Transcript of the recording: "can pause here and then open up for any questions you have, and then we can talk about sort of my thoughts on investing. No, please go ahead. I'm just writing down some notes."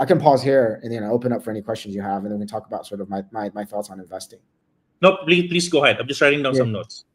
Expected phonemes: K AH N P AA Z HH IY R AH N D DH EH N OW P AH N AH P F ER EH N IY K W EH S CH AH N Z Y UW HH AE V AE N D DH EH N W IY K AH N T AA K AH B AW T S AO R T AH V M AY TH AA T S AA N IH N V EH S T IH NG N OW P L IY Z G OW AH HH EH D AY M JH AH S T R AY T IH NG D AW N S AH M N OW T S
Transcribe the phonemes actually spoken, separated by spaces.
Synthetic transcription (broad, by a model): K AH N P AA Z HH IY R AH N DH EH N OW P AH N AH P F ER EH N IY K W EH S CH AH N Z Y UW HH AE V N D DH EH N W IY K AH N T AA K AH B AW T S AO R T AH V M AY TH AA T S N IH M V EH S T IH NG N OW P L IY S G OW AH HH EH D AY M JH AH S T R AY T IH NG D AW N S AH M N OW T S